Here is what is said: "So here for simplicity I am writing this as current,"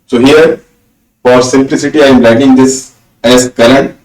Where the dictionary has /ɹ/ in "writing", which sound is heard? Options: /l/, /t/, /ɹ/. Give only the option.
/l/